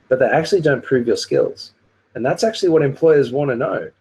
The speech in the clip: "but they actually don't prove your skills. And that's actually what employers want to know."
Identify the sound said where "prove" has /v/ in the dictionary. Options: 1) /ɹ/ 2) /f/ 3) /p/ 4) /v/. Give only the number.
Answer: 4